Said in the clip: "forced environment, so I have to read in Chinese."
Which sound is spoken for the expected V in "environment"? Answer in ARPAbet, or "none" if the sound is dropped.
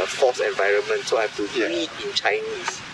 V